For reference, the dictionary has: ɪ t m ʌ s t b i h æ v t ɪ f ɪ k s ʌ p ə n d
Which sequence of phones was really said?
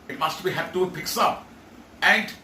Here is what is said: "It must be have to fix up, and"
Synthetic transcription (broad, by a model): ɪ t m ʌ s t b i h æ p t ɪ p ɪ k s ʌ p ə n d